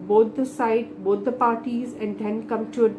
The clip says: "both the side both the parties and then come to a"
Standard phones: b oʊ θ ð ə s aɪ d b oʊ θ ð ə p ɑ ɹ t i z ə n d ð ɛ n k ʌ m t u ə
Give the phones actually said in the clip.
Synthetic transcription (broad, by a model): b oʊ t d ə s aɪ d b oʊ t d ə p ɑ ɹ t i z ə n d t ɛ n k ʌ m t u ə